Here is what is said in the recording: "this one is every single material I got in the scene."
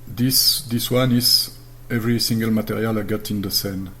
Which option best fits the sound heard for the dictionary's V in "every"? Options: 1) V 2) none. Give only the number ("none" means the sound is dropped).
1